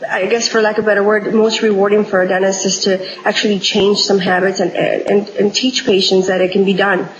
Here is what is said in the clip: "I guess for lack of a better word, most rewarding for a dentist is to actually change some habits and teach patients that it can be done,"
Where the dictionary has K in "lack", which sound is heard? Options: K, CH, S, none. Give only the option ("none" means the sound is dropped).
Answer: none